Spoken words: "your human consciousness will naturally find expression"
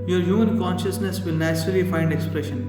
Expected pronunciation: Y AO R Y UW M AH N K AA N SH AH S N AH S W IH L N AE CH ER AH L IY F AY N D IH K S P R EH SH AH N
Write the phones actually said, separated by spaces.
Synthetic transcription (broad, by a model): Y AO R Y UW M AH N K AA N SH AH S N AH S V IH L N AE S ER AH L IY F AY N D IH K S P R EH SH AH N